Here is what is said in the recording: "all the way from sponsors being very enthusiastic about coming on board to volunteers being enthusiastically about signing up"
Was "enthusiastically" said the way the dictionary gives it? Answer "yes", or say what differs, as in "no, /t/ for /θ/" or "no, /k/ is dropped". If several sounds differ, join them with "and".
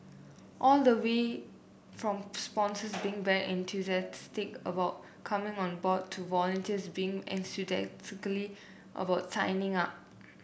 no, /s/ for /θ/